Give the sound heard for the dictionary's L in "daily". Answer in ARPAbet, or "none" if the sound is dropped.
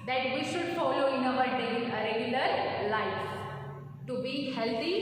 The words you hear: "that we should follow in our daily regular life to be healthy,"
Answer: none